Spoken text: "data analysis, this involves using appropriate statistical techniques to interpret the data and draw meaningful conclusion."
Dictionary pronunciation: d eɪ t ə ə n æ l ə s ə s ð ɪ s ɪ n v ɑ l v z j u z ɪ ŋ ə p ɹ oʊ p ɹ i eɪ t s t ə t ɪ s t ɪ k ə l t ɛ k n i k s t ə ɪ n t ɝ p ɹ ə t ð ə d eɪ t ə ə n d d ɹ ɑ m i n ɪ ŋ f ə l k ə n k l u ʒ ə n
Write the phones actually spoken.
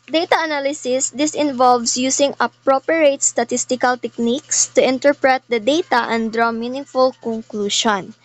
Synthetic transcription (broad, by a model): d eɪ t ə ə n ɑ l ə s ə s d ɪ s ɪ n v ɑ l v s j u s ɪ ŋ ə p ɹ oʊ p ɹ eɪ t s t ə t ɪ s t ɪ k ə l t ɛ k n i k s t ə ɪ n t ɝ p ɹ ə t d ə d eɪ t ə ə n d d ɹ ɑ m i n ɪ f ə l k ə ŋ k l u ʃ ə n